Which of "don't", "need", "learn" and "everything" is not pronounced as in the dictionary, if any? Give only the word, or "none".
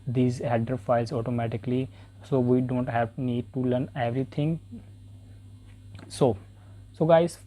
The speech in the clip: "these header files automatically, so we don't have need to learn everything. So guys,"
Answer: everything